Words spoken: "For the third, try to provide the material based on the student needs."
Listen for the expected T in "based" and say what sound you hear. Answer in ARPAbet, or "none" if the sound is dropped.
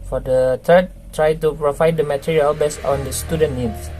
none